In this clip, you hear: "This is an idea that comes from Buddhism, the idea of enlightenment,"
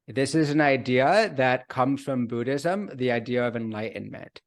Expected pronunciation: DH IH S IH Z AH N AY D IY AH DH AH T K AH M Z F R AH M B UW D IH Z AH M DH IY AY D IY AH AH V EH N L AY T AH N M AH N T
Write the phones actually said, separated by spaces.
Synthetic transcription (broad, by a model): DH IH S IH Z N AY D IY AH DH AH T K AH M Z F R AH M B UW D IH Z AH M DH IY AY D IY AH AH V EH N L AY T N M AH N T